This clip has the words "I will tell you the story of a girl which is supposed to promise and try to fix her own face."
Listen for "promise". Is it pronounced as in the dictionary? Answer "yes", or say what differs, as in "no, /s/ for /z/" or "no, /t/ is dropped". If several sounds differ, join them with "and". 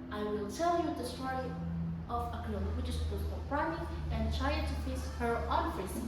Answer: no, /s/ is dropped